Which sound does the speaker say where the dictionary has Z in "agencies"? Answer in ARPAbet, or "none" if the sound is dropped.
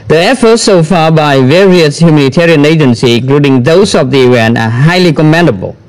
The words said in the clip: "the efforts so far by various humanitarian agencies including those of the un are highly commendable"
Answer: none